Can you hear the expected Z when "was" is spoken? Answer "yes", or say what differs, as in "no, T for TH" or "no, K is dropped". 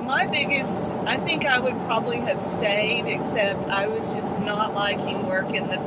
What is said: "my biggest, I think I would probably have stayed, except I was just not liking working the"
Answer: yes